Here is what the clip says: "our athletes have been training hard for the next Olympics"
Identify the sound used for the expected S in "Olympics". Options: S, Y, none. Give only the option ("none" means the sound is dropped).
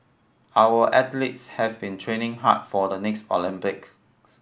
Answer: none